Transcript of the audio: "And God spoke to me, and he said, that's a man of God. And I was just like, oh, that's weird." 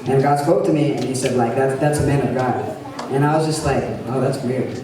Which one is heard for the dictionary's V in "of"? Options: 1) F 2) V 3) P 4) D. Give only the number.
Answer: 2